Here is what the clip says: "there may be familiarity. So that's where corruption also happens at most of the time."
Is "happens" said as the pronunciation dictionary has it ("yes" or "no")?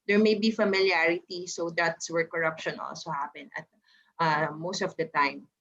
no